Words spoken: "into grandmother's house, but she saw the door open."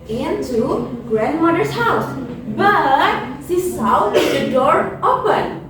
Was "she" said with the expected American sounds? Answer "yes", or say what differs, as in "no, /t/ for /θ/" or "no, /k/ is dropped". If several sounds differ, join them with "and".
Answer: no, /s/ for /ʃ/